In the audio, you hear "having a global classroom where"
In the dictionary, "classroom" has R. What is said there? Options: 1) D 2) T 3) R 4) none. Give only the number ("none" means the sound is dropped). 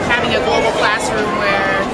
4